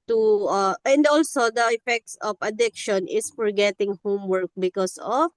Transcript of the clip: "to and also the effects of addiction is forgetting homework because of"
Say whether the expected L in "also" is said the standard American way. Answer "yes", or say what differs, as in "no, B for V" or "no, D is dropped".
yes